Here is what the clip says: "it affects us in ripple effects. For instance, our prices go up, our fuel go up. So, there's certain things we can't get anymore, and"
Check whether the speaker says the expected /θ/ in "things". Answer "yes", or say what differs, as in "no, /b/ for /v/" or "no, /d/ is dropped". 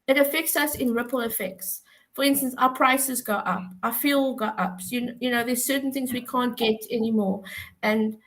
yes